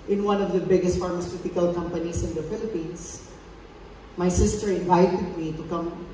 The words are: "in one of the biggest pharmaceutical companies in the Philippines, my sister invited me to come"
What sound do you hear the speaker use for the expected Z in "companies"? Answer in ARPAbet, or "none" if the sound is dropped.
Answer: S